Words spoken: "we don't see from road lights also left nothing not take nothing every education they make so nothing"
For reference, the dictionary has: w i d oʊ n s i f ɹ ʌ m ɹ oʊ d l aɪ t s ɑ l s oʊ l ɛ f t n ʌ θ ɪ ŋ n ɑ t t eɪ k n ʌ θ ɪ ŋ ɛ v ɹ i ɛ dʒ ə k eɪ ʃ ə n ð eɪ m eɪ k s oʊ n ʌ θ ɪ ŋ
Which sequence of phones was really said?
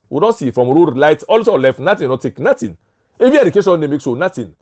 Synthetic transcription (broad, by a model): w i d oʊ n s i f ɹ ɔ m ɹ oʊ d l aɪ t ɑ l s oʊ l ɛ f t n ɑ t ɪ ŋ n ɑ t t eɪ k n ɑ t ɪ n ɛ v i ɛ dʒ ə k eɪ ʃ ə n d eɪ m eɪ k s oʊ n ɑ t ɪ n